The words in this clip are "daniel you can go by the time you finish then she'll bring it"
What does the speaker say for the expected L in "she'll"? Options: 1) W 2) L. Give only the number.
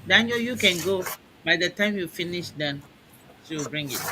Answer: 1